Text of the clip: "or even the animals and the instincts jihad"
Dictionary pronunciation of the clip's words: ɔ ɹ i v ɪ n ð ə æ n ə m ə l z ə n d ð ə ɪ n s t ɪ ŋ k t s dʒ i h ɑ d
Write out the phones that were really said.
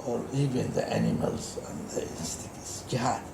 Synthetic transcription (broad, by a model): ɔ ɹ i v ɪ n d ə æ n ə m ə l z ə n d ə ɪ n s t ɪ k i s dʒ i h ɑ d